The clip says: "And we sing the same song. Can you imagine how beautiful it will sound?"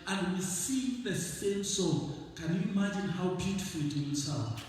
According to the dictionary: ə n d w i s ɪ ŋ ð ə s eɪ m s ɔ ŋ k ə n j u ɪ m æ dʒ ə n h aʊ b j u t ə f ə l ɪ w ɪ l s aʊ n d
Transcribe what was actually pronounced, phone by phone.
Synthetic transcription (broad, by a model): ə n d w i s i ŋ ð ə s eɪ m s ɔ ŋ k ə n j u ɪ m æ dʒ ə n h aʊ b j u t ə f l ɪ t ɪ n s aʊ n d